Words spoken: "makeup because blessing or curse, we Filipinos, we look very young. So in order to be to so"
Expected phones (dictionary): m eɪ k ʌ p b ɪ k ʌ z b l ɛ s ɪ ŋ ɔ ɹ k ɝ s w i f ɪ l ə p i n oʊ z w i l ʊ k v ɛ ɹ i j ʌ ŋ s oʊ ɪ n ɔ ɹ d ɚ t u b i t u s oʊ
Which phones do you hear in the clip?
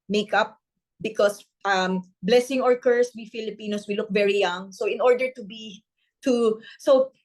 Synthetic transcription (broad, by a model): m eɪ k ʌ p b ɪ k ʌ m b l ɛ s ɪ ŋ ɔ ɹ k ɝ s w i f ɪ l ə p i n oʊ s w i l ʊ k v ɛ ɹ i j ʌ ŋ s oʊ ɪ n ɔ ɹ d ɚ t u b i t u s oʊ